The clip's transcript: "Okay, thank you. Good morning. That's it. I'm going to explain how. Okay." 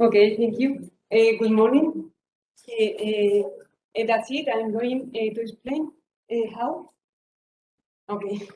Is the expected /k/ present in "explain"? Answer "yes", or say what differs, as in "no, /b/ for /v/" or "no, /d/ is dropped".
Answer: no, /k/ is dropped